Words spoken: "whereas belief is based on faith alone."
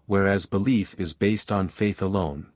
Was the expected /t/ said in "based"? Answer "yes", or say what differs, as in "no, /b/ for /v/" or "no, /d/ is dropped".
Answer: yes